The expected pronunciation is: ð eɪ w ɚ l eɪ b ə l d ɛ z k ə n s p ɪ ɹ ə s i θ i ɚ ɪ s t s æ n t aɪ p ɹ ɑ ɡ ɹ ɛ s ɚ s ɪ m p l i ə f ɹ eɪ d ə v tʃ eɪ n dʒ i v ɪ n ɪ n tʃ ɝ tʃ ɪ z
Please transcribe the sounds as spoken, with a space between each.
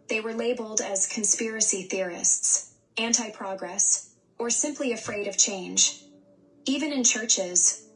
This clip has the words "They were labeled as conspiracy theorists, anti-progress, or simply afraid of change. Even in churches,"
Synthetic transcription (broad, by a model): ð eɪ w ɚ l eɪ b l d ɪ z k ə n s p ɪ ɹ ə s i θ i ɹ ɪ s t s æ n t aɪ p ɹ ɑ ɡ ɹ ɛ s ɚ s ɪ m p l i ə f ɹ eɪ d ə v tʃ eɪ n dʒ i v ɪ n ɪ n tʃ ɝ tʃ ɪ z